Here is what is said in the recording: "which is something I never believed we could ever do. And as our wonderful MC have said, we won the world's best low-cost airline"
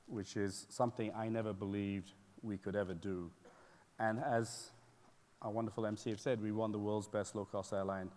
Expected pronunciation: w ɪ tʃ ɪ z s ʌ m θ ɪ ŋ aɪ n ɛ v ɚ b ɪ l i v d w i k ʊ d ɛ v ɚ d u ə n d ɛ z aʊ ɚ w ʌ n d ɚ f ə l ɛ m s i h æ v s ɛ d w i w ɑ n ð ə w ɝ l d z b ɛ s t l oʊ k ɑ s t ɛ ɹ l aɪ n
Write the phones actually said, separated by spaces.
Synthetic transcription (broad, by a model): w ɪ tʃ ɪ z s ʌ m θ ɪ ŋ aɪ n ɛ v ɚ b ɪ l i v d w i k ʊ d ɛ v ɚ d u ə n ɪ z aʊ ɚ w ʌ n d ɚ f l ɛ m s i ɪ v s ɛ d w i w ɑ n ð ə w ɝ l d z b ɛ s t l oʊ k ɑ s t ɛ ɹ l aɪ n